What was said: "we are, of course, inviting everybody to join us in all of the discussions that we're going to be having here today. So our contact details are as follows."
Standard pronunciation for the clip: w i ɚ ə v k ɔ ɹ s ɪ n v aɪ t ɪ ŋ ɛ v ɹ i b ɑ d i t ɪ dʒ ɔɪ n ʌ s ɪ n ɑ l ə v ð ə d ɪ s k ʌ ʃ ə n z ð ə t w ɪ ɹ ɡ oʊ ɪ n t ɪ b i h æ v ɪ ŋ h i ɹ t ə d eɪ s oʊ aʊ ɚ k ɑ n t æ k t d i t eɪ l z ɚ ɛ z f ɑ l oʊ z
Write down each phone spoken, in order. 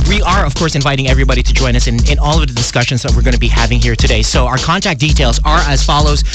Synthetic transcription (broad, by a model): w i ɚ ə v k ɔ ɹ s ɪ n v aɪ t ɪ ŋ ɛ v ɹ i b ɑ d i t ɪ dʒ ɔɪ n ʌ s ɪ n ɑ l ə v ð ə d ɪ s k ʌ ʃ ə n z ð ə t w ɪ ɹ ɡ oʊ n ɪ b i h æ v ɪ ŋ h i ɹ t ə d eɪ s oʊ aʊ ɚ k ɑ n t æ k d i t eɪ l z ɚ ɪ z f ɑ l oʊ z